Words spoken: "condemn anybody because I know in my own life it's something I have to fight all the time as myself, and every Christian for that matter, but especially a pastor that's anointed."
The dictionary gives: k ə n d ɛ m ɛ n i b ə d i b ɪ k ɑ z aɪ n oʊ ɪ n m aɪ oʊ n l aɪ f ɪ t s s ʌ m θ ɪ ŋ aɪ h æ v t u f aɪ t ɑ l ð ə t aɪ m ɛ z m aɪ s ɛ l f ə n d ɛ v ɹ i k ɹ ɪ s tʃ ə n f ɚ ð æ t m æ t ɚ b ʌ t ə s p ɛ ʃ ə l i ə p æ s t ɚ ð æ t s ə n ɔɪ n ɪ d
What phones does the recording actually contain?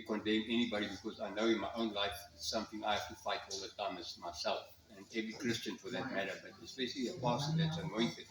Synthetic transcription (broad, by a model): k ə n d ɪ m ɛ n i b ə d i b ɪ k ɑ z aɪ n oʊ ɪ n m aɪ oʊ n l aɪ f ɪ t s s ʌ m θ ɪ ŋ aɪ h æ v t u f aɪ t ɑ l ð ə t aɪ m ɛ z m aɪ s ɛ l f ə n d ɛ v ɹ i k ɹ ɪ s tʃ ə n f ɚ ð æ t m æ t ɚ b ʌ t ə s b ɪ s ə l i ə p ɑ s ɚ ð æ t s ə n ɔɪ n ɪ